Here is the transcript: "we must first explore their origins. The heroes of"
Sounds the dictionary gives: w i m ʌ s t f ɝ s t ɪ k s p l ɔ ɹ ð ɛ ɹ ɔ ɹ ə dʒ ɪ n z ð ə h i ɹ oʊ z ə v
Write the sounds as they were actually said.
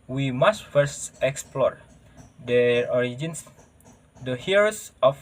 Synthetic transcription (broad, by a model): w i m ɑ s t f ɝ s t ɪ k s p l ɔ ɹ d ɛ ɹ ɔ ɹ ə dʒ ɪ n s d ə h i ɹ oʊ s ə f